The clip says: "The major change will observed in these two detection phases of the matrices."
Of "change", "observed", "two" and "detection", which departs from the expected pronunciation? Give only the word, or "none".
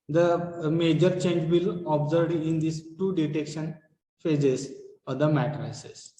observed